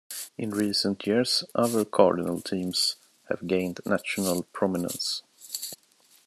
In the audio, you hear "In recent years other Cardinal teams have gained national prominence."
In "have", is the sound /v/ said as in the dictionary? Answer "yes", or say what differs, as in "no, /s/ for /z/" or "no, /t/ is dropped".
yes